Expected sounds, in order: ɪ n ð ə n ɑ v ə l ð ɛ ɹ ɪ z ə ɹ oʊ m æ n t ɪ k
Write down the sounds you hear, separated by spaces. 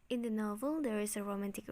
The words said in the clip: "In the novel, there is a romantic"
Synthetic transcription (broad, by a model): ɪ n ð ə n ɑ v ə l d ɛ ɹ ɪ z ə ɹ oʊ m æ n t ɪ k